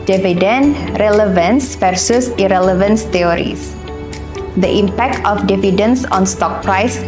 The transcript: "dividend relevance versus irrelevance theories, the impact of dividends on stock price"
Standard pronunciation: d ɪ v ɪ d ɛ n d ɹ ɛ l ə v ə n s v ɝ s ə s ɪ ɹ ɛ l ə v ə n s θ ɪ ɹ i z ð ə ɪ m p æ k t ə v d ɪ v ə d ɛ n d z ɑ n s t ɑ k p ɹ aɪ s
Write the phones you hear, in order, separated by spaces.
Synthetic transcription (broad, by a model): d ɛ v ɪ d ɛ n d ɹ ɛ l ə v ə n s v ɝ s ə s ɪ ɹ ɛ l ə v ə n s t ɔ ɹ i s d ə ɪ m p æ k t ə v d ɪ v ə d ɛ n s ɑ n s t ɑ k p ɹ aɪ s